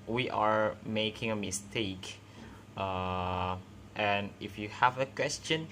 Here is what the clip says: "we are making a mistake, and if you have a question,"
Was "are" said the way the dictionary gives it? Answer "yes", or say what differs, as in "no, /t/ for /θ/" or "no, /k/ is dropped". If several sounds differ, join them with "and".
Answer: yes